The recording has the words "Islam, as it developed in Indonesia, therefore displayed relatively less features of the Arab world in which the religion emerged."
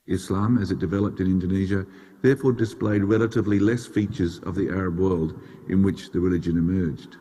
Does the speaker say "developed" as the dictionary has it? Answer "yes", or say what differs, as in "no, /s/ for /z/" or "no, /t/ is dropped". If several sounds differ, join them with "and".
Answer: yes